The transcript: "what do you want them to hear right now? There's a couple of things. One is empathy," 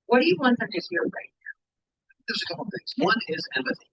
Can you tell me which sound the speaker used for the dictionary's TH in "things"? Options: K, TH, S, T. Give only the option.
TH